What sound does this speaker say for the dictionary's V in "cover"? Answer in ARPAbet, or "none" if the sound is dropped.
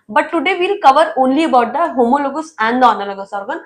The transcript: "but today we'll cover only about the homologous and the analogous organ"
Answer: V